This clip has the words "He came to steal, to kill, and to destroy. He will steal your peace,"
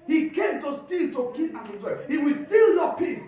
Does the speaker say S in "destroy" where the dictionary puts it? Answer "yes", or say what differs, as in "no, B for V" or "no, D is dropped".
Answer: no, S is dropped